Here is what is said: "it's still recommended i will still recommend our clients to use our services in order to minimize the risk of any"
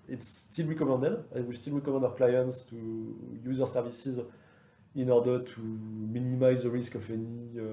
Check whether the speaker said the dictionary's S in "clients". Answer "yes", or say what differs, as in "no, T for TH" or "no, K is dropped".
yes